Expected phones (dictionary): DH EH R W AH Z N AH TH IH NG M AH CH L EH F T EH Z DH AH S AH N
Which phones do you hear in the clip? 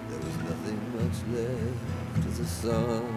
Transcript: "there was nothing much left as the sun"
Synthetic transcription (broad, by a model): DH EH R W AH Z N AH TH IH NG M AH CH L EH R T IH DH AH S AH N